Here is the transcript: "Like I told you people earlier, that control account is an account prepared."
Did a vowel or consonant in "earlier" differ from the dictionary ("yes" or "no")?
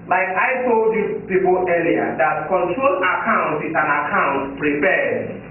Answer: yes